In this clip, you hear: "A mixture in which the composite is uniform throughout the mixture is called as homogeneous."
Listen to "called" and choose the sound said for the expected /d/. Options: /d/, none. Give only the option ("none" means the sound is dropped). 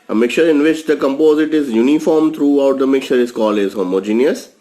none